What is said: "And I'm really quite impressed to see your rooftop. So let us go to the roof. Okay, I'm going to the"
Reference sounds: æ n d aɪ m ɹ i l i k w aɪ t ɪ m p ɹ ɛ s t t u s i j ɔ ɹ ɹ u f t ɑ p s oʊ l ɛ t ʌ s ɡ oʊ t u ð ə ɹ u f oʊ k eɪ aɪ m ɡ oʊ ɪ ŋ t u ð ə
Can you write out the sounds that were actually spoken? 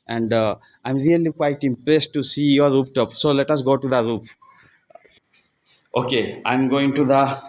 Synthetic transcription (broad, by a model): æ n d aɪ m ɹ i l i k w aɪ t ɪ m p ɹ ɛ s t t u s i j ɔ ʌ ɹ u p t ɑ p s oʊ l ɛ t ʌ s ɡ oʊ t u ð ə ɹ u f oʊ k eɪ aɪ m ɡ oʊ ɪ ŋ t u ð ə